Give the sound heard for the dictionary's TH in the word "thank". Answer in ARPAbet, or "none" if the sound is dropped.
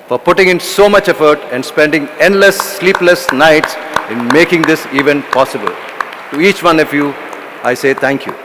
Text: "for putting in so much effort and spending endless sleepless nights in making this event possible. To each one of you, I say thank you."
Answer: T